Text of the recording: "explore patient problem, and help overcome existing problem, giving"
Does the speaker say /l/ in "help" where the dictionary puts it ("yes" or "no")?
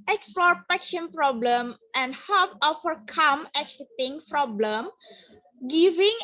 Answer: no